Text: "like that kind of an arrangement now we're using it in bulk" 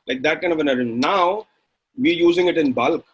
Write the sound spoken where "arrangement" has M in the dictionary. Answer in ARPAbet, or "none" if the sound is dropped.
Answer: none